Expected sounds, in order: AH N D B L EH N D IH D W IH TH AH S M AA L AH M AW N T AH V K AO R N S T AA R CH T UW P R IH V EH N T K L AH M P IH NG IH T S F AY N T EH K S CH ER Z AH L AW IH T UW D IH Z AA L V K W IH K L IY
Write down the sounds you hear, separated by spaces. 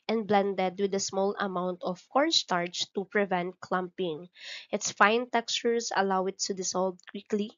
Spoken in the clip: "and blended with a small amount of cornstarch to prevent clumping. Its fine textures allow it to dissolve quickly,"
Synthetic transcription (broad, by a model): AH N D B L EH N D IH D W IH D AH S M AA L AH M AW N T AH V K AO R S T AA R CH T UW P R IH V EH N T K L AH M P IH NG IH T S F AY N T EH K S CH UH S AH L AW IH T UW D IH S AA L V K W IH K L IY